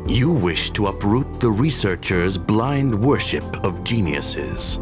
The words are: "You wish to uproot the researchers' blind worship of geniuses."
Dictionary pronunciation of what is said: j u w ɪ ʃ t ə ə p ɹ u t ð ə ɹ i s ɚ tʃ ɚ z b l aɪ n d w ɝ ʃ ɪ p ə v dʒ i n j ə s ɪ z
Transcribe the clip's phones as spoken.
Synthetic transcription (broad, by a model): j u w ɪ ʃ t ə ə p ɹ u t ð ə ɹ i s ɚ tʃ ɚ z b l aɪ n d w ɝ ʃ ɪ p ə v dʒ i n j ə s ɪ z